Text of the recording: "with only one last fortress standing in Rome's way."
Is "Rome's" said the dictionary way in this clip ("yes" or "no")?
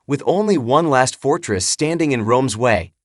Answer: yes